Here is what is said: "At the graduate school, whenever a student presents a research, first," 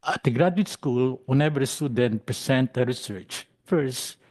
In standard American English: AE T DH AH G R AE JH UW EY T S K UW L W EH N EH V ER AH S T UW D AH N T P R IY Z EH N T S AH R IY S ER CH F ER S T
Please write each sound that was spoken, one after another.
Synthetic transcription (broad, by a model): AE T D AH G R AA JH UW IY T S K UW L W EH N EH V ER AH S T UW D AH N T P R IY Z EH N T AH R IY S ER CH F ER S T